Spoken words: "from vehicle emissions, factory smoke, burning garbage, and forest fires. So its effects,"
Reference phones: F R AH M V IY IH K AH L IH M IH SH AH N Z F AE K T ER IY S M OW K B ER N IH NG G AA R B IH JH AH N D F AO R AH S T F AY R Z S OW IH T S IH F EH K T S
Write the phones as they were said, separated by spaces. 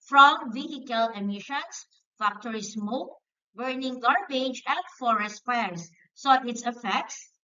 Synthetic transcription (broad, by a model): F R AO M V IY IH K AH L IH M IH SH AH N S F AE K T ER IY S M OW K B ER N IH NG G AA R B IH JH AH N D F AO R AH S T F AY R S OW IH T S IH F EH K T S